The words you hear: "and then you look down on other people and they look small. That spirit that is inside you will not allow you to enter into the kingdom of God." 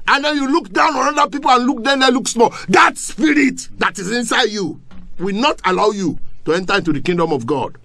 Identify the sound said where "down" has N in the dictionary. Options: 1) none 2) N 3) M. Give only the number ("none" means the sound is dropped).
2